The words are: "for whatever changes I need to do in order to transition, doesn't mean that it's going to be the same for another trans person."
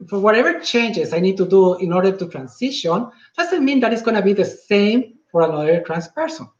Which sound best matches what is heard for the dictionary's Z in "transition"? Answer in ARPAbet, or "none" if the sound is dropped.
S